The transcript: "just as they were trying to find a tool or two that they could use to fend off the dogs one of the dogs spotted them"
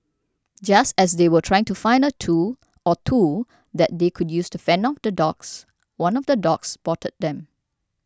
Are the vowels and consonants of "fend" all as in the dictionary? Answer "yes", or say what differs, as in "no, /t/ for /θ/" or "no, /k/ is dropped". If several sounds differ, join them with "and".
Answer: no, /d/ is dropped